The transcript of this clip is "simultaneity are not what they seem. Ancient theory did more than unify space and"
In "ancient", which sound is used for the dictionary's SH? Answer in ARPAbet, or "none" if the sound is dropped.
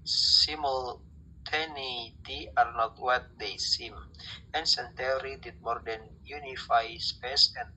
S